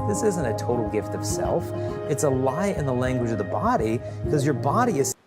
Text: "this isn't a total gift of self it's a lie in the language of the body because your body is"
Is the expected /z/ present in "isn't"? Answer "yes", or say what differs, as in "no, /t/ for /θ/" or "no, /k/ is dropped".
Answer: yes